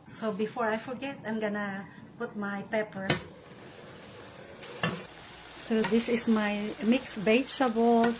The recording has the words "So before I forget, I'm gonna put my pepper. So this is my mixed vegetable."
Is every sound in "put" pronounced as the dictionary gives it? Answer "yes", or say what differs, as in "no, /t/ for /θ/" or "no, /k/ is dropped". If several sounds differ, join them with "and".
yes